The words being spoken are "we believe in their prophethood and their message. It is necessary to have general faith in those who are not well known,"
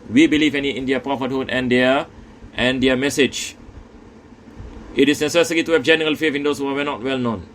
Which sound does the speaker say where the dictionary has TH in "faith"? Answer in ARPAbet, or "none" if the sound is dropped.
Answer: F